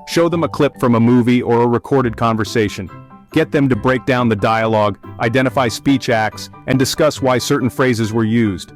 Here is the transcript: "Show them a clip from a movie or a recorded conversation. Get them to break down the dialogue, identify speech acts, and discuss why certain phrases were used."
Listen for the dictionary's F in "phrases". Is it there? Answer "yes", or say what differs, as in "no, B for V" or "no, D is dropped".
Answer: yes